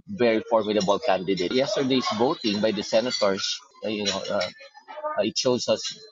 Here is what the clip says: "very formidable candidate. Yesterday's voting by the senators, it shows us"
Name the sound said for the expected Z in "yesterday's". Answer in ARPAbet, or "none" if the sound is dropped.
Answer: S